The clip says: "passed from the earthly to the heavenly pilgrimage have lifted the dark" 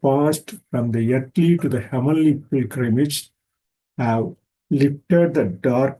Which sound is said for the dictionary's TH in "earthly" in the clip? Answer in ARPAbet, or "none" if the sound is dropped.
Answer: T